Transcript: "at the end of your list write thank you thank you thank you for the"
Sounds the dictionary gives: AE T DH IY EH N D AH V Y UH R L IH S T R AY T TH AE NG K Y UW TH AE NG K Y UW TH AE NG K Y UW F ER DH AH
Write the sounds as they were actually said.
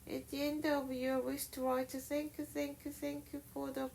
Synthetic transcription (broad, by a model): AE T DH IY EH N D AH V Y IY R W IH SH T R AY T TH AE NG K Y UW TH AE NG K Y UW TH AE NG K Y UW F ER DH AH